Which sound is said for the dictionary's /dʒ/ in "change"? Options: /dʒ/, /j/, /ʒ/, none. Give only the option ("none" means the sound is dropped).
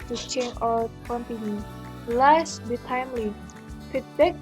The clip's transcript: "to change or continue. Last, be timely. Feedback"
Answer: none